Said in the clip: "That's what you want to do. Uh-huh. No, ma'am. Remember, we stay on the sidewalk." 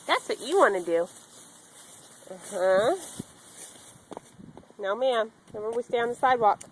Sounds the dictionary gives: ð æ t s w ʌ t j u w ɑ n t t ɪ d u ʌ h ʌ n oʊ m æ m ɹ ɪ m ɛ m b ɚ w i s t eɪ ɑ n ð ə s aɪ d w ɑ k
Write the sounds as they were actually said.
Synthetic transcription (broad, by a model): ð æ t s w ʌ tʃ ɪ w ɑ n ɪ d u ʌ h ʌ n oʊ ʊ m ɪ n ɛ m ɚ w i s t eɪ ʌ n ð ə s aɪ d w ɑ k